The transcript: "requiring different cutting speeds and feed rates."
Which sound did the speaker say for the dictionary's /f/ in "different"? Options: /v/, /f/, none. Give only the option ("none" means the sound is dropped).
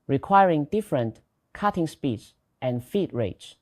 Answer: /f/